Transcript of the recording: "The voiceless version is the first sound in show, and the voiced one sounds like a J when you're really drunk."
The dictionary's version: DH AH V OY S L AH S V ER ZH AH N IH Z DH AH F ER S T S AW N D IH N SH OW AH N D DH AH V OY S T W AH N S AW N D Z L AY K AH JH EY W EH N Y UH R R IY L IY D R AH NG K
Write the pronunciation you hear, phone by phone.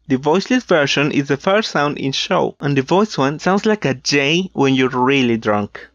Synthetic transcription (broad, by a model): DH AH V OY S L AH S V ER SH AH N IH Z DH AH F ER S T S AW N D IH N SH OW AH N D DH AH V OY S W AH N S AW N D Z L AY K AH JH EY W EH N Y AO R R IY L IY D R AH NG K